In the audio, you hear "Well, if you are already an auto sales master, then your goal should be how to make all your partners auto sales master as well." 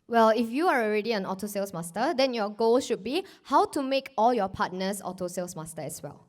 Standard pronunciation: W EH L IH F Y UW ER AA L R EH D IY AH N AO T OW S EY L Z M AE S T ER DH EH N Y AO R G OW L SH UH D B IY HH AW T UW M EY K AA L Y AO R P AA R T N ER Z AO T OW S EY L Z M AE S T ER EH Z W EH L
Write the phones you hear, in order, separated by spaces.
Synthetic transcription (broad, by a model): W EH L IH F Y UW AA AA L R EH D IY AH N AO T OW S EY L S M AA S T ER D EH N Y AO G OW L SH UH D B IY HH AW T UW M EY K AA L Y AO P AA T N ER S AO T OW S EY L S M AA S T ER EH S W EH L